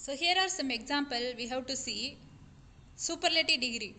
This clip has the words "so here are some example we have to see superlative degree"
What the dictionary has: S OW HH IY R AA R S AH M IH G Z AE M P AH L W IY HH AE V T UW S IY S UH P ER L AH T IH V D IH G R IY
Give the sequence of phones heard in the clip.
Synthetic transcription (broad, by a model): S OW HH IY R AA R S AH M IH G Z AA M P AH L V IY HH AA W T UW S IY S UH P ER L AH T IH D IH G R IY